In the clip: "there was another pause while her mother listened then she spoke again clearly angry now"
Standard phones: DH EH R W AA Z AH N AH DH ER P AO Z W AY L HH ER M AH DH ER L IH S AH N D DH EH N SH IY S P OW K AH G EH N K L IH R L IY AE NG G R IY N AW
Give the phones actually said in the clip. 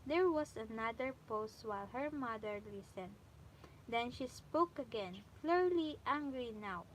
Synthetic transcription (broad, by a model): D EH R W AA S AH N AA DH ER P AO S W AY L HH ER M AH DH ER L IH S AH N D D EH N SH IY S P OW K AH G EH N K L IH R L IY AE NG G R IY N AW